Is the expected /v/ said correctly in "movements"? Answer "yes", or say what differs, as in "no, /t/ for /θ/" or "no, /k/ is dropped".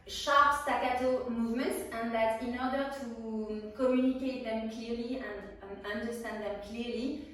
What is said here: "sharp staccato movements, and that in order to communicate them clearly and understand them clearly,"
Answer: yes